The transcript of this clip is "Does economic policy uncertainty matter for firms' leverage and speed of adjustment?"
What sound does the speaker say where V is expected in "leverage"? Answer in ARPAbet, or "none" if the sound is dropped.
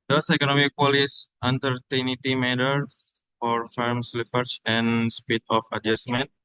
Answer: F